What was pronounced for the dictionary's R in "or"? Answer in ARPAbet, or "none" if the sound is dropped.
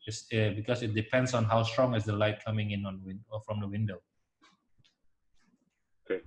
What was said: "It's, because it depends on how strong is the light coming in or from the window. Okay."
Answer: W